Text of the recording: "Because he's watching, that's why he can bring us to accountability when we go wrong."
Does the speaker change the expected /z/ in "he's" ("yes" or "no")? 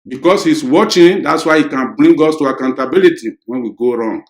yes